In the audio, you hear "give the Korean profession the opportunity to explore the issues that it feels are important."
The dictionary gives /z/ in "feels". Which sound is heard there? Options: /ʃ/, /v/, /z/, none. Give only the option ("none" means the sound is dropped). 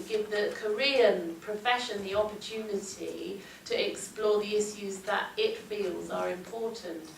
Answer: /z/